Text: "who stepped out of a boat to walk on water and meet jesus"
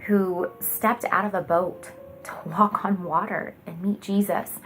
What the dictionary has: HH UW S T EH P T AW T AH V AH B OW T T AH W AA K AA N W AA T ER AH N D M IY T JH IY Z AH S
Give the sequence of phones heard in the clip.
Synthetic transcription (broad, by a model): HH UW S T EH P T AW T AH V AH B OW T T AH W AA K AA N W AA T ER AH N M IY T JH IY Z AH S